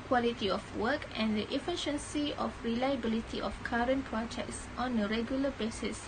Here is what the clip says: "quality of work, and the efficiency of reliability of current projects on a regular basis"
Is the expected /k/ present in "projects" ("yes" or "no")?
yes